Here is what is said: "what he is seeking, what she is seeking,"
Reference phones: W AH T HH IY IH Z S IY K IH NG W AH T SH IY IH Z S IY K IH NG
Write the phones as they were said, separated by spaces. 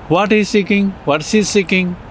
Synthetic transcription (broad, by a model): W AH T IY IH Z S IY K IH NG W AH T S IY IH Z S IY K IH NG